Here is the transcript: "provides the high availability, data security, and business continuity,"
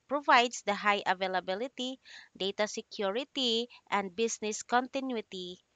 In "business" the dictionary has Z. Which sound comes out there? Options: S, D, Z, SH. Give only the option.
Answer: S